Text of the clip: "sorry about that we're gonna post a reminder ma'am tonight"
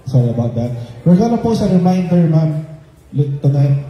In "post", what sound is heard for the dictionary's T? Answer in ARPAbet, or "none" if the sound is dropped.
none